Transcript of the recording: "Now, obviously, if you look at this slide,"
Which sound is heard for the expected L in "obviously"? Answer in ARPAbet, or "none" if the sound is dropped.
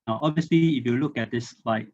L